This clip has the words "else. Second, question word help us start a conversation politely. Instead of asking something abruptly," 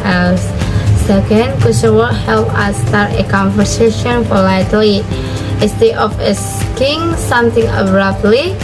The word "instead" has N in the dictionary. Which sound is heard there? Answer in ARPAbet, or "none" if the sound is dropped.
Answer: none